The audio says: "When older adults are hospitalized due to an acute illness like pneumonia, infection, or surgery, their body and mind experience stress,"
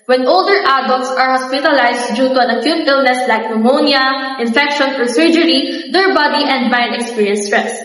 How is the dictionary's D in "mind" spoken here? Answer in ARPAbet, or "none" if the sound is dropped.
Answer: none